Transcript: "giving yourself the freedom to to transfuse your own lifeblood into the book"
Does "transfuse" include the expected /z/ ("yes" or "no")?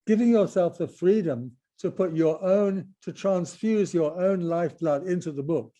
yes